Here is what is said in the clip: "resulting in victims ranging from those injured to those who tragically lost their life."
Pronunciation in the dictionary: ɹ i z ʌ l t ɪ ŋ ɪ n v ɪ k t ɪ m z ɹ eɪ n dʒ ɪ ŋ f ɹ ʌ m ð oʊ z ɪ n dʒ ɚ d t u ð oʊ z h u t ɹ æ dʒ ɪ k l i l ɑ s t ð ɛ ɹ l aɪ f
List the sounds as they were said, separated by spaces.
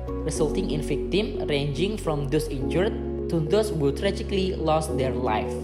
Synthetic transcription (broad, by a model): ɹ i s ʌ l t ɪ ŋ ɪ n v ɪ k t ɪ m ɹ eɪ n dʒ ɪ ŋ f ɹ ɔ m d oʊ s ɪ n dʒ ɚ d t u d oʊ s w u t ɹ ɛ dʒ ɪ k l i l ɑ s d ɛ ɹ l aɪ f